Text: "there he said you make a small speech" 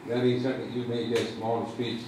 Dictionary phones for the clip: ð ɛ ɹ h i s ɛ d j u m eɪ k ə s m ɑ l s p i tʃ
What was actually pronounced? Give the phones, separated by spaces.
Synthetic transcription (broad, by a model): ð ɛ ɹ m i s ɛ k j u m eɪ ə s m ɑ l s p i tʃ